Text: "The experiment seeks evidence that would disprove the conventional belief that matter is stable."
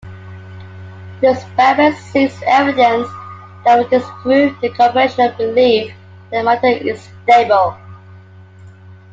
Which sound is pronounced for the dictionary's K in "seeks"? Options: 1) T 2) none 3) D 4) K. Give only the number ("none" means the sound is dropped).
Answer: 2